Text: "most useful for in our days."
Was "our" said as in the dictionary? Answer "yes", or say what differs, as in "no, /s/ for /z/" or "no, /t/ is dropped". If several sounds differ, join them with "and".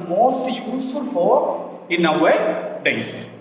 no, /w/ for /ɹ/